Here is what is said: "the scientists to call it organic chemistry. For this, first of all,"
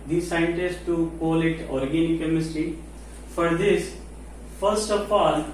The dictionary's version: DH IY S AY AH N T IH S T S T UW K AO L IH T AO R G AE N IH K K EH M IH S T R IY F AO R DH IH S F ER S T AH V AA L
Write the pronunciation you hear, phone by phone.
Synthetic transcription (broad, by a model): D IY S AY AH N T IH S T T UW K AO L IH T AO R G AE N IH K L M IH S T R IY F AO R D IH S F ER S T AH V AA L